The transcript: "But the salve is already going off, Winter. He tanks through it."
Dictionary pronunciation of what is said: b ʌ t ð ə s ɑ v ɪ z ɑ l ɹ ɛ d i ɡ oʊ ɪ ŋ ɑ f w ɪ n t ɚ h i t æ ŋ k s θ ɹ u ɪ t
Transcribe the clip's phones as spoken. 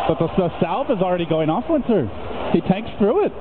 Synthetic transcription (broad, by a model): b ʌ t ð ə s ɑ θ ɪ z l ɹ ɛ d i ɡ oʊ ɪ ŋ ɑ f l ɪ n s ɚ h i t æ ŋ k s θ ɹ u ɪ t